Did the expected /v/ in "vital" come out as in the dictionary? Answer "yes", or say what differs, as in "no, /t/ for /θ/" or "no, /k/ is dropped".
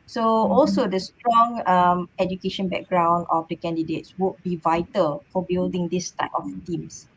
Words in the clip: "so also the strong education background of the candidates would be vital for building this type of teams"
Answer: yes